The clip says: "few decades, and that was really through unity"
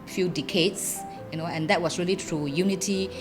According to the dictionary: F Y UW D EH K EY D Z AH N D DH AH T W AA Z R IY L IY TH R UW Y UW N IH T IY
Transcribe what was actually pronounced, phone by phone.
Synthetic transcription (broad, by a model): F Y UW D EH K EY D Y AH N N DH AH T W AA S R IY L IY T R UW Y UW N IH T IY